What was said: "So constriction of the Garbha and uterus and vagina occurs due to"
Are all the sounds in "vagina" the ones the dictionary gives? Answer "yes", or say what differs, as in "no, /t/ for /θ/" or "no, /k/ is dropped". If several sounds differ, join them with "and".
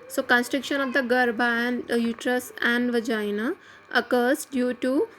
yes